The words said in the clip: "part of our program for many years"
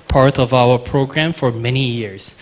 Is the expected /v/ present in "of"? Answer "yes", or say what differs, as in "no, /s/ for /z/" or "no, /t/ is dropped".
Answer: yes